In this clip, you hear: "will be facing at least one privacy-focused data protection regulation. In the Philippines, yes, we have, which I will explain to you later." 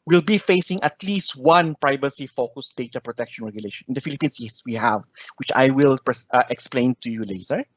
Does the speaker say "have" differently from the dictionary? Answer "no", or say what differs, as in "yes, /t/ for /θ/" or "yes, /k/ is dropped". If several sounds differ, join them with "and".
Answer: no